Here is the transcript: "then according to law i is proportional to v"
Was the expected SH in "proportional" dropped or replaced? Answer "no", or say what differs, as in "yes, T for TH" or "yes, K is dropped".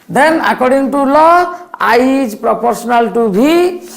yes, S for SH